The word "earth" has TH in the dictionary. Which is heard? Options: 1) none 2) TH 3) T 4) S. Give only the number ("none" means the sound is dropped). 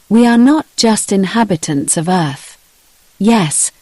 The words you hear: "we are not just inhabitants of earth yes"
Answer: 2